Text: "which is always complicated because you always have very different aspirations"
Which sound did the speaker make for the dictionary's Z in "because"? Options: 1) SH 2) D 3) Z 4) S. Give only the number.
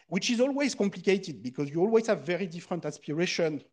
3